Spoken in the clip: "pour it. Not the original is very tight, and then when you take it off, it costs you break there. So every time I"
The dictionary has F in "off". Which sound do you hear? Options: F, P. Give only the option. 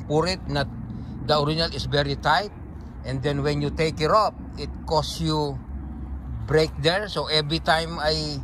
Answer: P